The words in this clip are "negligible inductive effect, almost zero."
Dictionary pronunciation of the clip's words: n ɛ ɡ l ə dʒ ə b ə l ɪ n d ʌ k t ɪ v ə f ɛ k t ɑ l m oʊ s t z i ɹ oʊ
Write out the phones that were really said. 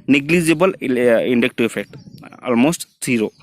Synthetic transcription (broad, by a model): n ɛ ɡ l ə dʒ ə b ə l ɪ n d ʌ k t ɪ ə f ɛ k t ɑ l m oʊ s t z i ɹ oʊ